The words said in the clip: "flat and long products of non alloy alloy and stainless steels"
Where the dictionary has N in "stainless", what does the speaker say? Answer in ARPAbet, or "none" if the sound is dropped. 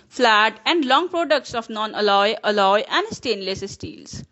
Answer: N